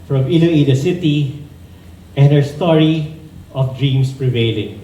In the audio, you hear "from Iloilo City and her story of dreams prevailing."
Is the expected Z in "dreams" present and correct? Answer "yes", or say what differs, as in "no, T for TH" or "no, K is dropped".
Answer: no, S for Z